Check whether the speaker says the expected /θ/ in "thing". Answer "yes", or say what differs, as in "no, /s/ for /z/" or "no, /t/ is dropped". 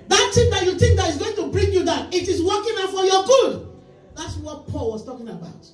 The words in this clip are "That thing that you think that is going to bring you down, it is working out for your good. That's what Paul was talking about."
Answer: no, /t/ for /θ/